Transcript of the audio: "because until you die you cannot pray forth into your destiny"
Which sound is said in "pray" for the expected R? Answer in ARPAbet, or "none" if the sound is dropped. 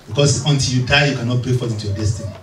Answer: none